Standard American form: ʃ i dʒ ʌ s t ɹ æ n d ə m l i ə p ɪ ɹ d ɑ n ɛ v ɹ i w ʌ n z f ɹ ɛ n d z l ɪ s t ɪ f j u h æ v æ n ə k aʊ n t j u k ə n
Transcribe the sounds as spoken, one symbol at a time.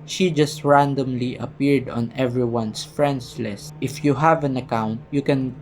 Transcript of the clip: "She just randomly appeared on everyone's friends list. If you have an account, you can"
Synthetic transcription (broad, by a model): ʃ i dʒ ʌ s t ɹ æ n d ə m l i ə p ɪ ɹ d ɑ n ɛ v ɹ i w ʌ n s f ɹ ɛ n d s l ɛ s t ɪ f j u h æ v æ n ə k aʊ n t j u k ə n